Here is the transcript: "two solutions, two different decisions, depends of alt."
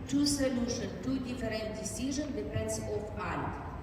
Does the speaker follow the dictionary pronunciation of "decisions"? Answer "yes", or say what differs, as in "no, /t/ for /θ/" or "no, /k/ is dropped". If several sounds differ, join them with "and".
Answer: no, /z/ is dropped